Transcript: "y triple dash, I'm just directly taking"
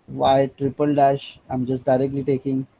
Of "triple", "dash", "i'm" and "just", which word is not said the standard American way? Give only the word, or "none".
none